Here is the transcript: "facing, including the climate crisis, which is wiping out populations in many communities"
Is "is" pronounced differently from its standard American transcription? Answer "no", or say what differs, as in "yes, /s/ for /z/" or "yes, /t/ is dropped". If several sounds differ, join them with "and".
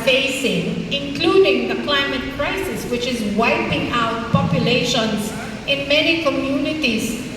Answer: no